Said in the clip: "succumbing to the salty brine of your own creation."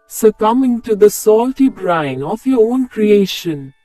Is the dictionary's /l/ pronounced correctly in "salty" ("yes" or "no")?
yes